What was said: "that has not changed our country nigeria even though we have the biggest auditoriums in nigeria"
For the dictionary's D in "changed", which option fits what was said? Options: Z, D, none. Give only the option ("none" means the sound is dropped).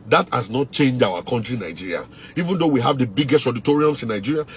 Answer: none